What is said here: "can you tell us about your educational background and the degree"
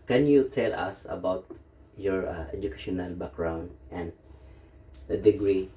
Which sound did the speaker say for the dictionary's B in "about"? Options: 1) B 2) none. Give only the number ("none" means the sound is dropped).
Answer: 1